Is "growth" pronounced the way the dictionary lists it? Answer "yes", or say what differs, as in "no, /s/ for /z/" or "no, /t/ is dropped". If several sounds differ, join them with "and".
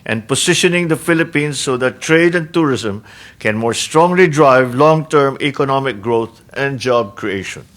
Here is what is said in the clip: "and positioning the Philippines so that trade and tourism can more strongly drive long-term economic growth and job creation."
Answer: no, /t/ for /θ/